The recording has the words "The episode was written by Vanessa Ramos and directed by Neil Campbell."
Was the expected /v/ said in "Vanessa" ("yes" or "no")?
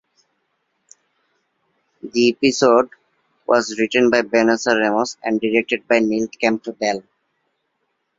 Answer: no